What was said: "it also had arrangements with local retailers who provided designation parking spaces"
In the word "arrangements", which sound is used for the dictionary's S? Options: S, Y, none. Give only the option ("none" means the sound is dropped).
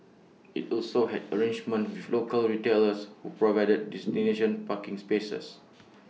none